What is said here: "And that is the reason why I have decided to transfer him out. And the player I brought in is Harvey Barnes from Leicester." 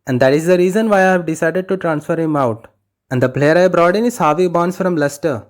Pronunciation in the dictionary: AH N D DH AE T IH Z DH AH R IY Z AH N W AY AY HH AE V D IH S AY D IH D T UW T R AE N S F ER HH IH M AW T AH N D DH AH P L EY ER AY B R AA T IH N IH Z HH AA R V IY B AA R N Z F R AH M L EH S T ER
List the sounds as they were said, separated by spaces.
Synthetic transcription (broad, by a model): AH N D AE T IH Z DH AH R IY Z AH N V AY AY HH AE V D IH S AY D IH D T UW T R AE N S F ER HH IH M AW T AH N D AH P L EY ER AY B R AA T IH N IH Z HH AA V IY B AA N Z F R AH M L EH S T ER